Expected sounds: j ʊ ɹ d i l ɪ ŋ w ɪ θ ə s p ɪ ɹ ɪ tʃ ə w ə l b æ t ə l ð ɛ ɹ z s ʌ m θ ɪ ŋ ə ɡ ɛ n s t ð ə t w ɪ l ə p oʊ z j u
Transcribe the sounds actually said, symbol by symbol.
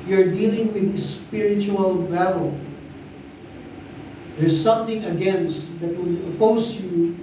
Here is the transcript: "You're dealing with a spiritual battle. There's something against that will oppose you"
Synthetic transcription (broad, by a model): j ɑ ɹ d i l ɪ ŋ w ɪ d ə s p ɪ ɹ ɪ tʃ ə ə l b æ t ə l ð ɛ ɹ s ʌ m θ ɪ ŋ ə ɡ ɛ n s t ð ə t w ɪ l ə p oʊ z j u